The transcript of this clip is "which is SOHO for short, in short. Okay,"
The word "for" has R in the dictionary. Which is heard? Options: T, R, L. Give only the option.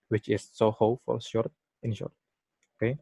L